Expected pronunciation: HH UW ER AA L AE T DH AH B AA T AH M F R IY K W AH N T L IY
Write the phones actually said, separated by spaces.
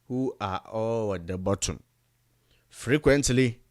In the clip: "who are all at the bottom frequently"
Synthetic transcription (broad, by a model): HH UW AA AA W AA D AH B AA T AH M F R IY K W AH N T L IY